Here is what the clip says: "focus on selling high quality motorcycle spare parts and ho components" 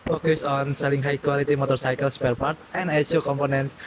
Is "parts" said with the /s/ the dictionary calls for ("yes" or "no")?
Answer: no